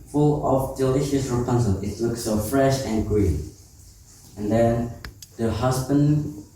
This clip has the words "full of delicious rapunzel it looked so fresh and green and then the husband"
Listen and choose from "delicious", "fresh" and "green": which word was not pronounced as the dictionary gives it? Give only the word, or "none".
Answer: none